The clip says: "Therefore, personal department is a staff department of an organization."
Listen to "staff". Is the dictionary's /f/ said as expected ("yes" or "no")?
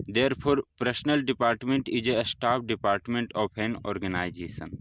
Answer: no